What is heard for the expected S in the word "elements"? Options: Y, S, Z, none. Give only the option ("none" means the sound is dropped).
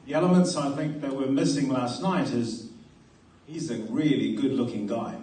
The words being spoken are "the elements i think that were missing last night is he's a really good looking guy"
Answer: S